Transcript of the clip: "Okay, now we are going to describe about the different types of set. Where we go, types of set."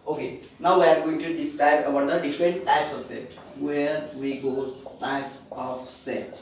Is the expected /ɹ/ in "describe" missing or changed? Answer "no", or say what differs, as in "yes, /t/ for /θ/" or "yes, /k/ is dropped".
no